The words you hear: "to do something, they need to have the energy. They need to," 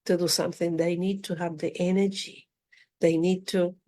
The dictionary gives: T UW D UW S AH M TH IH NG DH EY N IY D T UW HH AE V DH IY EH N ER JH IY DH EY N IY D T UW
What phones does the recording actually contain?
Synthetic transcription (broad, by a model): T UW D UW S AH M TH IH NG DH EY N IY D T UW HH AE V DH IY EH N ER JH IY DH EY N IY D T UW